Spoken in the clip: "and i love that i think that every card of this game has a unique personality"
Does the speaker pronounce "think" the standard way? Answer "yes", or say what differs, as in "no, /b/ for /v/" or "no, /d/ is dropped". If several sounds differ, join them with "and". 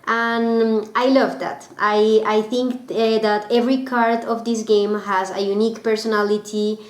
yes